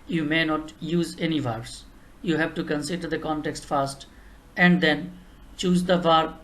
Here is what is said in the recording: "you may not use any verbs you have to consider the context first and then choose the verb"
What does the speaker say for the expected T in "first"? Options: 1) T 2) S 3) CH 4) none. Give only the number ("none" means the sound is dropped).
1